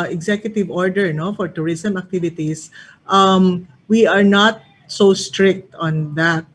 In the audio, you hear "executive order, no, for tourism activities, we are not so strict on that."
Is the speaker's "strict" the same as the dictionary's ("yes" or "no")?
yes